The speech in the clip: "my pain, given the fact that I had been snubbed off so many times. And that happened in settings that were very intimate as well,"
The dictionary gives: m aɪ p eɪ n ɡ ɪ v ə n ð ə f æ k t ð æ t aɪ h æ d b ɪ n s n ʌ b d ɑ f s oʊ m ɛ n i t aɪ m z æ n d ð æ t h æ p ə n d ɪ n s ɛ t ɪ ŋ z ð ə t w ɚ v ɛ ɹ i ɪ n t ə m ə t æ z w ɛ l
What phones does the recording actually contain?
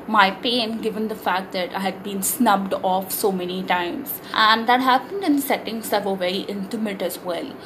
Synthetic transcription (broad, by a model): m aɪ p eɪ n ɡ ɪ v ə n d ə f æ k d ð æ t aɪ h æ d b ɪ n s n ʌ b d ɑ f s oʊ m ɛ n i t aɪ m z æ n d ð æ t h æ p ə n d ɪ n s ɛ t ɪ ŋ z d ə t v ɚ v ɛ ɹ i ɪ n t ə m ə t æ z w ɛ l